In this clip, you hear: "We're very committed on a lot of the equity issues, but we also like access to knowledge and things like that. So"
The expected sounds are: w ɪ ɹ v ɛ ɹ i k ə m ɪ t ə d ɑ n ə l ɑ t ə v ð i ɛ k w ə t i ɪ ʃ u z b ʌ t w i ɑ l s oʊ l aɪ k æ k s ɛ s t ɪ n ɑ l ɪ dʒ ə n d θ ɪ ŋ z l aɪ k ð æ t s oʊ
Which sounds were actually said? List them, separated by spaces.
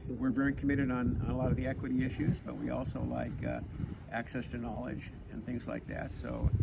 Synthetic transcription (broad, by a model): w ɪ ɹ v ɛ ɹ i k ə m ɪ t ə d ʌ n ə l ɑ t ə v ð i ɛ k w ə t i ɪ ʃ u z b ʌ t w i ɑ l s oʊ l aɪ k æ k s ɛ s t ɪ n ɑ l ɪ dʒ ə n θ ɪ ŋ z l aɪ k ð æ t s oʊ